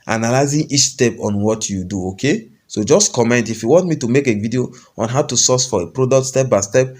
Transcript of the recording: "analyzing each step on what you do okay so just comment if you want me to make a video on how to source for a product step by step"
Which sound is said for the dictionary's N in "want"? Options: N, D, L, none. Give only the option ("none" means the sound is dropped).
N